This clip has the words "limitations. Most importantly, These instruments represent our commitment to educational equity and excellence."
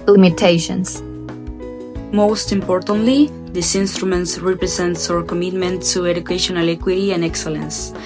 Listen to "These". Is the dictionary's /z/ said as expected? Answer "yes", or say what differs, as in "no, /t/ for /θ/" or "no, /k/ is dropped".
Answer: no, /s/ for /z/